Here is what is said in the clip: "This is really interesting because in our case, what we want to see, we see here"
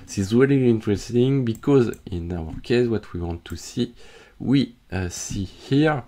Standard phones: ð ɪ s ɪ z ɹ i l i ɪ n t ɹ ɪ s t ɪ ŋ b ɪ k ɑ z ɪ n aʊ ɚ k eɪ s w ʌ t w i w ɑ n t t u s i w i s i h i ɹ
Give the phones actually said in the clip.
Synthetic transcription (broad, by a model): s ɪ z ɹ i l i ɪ n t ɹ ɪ s t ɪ ŋ b ɪ k ɑ z ɪ n aʊ ɚ k eɪ s w ʌ t w i w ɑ n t t u s i w i s i h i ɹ